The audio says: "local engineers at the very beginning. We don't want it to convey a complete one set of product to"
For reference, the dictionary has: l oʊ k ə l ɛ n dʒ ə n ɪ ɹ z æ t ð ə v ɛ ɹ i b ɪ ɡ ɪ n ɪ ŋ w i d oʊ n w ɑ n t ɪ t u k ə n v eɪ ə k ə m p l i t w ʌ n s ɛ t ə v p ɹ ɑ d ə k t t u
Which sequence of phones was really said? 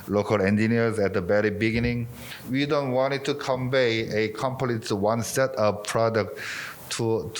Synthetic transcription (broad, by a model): l oʊ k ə l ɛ n dʒ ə n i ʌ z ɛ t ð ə b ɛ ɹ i b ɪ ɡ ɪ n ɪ ŋ w i d oʊ n w ɑ n t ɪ t u k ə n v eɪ ə k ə m p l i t w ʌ n s ɛ t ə p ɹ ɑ d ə k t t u